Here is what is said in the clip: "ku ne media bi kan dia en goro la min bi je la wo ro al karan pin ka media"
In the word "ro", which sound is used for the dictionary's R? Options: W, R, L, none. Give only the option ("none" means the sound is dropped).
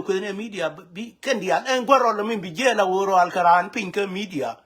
R